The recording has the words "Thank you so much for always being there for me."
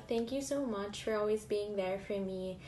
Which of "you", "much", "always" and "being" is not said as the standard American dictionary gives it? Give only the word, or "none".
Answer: none